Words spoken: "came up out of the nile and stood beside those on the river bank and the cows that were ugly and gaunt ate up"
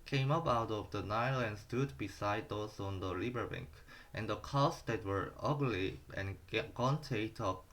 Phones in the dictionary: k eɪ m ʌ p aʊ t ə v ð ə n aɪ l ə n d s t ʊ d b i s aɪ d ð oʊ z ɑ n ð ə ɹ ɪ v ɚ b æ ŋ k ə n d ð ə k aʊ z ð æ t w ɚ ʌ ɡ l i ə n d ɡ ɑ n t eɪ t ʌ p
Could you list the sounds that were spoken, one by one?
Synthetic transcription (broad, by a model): k eɪ m ʌ p aʊ t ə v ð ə n aɪ l ə n d s t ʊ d b i s aɪ d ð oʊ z ɑ n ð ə l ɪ b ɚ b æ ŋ k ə n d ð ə k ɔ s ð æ t w ɚ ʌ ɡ l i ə n ɡ ɑ n t eɪ t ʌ